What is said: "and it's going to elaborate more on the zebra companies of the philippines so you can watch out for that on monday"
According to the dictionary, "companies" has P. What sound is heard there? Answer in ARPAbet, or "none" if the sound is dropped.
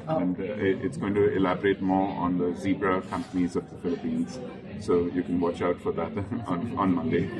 P